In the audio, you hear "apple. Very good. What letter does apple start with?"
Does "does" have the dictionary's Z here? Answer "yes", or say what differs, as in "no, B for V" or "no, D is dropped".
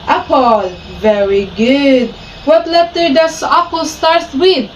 no, S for Z